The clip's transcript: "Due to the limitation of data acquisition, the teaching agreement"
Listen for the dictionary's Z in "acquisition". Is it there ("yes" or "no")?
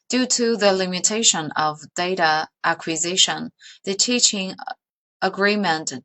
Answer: yes